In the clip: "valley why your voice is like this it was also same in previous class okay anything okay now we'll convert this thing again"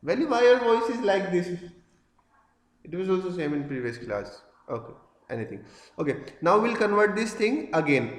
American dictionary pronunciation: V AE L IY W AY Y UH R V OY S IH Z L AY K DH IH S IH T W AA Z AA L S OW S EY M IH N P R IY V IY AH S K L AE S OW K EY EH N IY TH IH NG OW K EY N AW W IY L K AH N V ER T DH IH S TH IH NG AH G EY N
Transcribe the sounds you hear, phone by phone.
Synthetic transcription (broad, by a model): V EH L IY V AY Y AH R V OY S IH Z L AY K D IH S IH T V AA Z AA L S OW S EY M IH N P R IY V IY AH S K L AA S OW K EY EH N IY T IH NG OW K EY N AW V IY L K AH N V ER T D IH S T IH NG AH G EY N